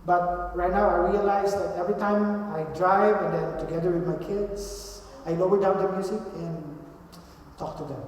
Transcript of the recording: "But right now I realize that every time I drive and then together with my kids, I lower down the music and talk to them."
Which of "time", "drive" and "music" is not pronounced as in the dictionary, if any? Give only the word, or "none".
music